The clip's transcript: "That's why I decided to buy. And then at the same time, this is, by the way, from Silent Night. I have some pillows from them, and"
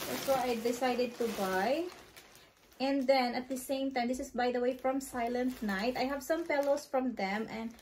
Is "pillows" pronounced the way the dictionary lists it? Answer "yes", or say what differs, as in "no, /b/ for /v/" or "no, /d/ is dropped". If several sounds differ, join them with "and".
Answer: no, /s/ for /z/